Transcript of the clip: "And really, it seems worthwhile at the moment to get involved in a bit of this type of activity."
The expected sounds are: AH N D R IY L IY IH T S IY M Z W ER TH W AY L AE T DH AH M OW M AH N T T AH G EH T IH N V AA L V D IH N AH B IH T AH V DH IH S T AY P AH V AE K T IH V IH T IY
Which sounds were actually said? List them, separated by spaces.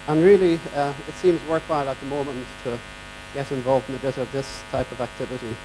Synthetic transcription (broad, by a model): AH N R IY L IY IH T S IY M Z W ER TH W AY L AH T DH AH M OW M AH N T T AH G EH T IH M V AA L V D IH N AH B IH T AH V DH IH S T AY P AH V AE K T IH V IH T IY